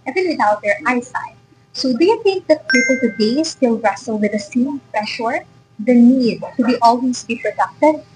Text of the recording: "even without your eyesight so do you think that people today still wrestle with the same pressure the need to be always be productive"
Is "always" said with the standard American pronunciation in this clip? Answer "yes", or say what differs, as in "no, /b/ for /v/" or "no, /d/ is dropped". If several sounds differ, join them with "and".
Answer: no, /s/ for /z/